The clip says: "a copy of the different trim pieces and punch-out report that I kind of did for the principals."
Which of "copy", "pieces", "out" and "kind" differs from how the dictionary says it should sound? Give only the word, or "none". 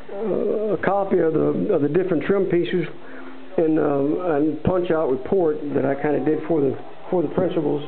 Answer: none